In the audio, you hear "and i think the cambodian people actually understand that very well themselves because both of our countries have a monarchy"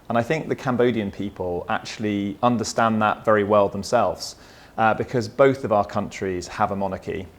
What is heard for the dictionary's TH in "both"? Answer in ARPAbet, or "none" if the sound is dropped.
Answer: TH